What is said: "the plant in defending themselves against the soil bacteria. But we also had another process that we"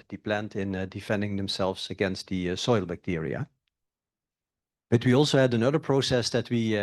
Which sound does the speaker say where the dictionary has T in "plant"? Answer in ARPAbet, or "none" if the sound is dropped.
T